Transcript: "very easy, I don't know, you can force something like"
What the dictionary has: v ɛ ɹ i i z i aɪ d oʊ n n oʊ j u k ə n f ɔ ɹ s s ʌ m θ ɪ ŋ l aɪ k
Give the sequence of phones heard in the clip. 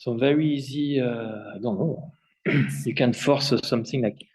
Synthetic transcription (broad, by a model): v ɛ ɹ i i z i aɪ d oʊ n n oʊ j u k ə n f ɔ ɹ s s ʌ m θ ɪ ŋ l aɪ k